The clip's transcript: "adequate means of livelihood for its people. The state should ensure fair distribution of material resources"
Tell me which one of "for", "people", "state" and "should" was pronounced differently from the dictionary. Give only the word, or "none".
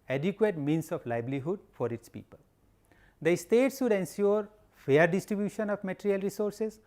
should